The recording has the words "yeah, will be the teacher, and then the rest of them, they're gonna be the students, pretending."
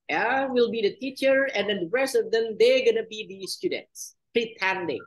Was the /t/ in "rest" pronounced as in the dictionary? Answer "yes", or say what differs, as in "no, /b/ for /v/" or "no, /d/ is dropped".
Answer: yes